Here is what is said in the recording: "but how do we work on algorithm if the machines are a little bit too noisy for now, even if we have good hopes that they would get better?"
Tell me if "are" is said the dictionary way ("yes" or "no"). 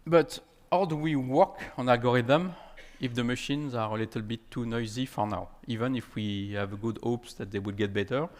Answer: yes